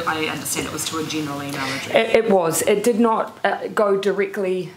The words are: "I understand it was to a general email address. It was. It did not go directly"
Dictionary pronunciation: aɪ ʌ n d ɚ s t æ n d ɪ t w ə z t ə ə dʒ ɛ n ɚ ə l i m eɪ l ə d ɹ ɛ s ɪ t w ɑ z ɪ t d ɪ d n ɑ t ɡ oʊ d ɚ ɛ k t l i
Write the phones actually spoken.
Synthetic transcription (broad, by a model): aɪ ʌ n d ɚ s t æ n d ɪ t w ə z t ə ə dʒ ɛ n ɚ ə l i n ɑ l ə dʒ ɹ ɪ ɪ t w ɑ z ɪ t d ɪ d n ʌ t ɡ oʊ d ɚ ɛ k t l i